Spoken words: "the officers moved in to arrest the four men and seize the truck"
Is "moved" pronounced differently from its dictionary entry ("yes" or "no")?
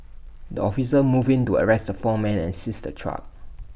yes